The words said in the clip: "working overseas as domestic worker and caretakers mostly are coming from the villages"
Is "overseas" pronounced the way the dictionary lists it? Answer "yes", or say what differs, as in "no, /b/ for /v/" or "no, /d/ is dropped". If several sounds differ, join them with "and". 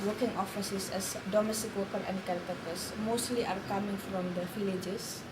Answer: no, /f/ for /v/ and /s/ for /z/